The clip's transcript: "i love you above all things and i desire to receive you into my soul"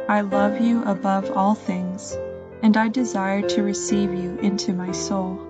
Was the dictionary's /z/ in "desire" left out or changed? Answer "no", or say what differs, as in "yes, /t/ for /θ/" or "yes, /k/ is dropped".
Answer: no